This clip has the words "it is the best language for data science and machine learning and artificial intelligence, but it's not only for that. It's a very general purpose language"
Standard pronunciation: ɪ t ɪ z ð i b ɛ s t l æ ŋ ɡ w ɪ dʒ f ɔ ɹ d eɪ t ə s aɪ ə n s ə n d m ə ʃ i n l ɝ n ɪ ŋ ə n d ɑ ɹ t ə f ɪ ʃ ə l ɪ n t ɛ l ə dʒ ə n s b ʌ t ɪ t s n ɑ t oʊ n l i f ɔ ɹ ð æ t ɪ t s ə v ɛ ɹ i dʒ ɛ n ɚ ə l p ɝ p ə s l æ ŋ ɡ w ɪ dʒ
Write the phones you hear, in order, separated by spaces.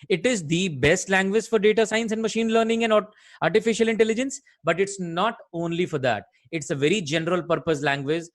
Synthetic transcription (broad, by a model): ɪ t ɪ z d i b ɛ s t l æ ŋ ɡ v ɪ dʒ f ɔ ɹ d eɪ t ə s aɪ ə n s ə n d m ə ʃ i n l ɝ n ɪ ŋ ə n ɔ ɑ ɹ t ə f ɪ ʃ ə l ɪ n t ɛ l ə dʒ ə n s b ʌ t ɪ t s n ɑ t oʊ n l i f ɔ ɹ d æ t ɪ t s ə v ɛ ɹ i dʒ ɛ n ɚ ə l p ɝ p ə s l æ ŋ ɡ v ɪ dʒ